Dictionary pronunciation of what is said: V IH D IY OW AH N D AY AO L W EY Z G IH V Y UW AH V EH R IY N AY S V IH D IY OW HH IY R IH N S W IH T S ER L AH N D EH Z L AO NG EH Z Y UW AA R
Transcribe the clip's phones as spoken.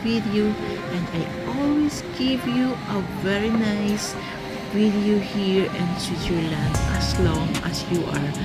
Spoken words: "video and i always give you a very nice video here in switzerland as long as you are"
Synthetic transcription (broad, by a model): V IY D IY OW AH N AY AO L W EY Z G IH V Y UW AH V EH R IY N AY S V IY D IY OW HH IY R IH N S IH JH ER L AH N EH S L AO NG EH S Y UW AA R